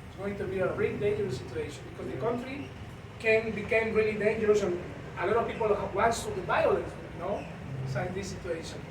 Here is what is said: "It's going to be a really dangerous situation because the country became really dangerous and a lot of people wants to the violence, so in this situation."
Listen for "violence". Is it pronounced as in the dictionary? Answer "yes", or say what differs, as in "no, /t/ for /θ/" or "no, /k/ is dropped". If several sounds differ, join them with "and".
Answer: no, /b/ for /v/